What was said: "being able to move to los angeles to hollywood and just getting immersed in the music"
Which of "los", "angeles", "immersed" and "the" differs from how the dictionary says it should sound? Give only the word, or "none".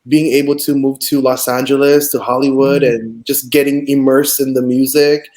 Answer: immersed